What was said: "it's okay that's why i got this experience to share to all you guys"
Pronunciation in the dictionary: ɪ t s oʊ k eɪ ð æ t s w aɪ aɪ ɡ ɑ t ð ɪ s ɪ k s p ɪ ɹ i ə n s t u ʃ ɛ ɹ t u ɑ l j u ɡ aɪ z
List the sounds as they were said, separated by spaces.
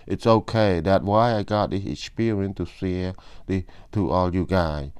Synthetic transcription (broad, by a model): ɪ t s oʊ k eɪ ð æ t w aɪ aɪ ɡ ɑ t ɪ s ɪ s p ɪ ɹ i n t u s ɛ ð t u ɑ l j u ɡ aɪ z